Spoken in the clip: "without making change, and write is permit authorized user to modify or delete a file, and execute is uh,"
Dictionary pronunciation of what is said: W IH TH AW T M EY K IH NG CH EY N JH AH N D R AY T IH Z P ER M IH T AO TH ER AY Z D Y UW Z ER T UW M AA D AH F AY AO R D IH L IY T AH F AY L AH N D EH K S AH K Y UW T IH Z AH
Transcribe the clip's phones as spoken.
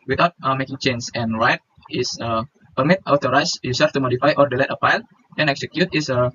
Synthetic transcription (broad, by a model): W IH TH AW T M EY K IH NG CH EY N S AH N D R AY T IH S P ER M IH T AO T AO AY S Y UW S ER T UW M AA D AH F AY AO R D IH L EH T AH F AY L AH N EH K S AH K Y UW T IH S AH